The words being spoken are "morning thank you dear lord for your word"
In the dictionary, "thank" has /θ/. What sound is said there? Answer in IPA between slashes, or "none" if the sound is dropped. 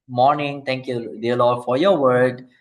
/t/